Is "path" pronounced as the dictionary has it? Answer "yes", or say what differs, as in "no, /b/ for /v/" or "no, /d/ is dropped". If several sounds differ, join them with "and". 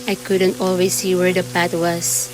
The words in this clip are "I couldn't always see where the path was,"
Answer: no, /t/ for /θ/